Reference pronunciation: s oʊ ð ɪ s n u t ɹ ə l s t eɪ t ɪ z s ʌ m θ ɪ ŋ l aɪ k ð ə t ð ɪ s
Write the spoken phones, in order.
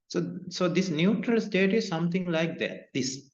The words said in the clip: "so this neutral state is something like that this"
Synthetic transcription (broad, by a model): s oʊ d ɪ s n u t ɹ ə l s t eɪ t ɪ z s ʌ m t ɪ ŋ l aɪ k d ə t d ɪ s